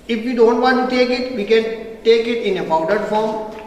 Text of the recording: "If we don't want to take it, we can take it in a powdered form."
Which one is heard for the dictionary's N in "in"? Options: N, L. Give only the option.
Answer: N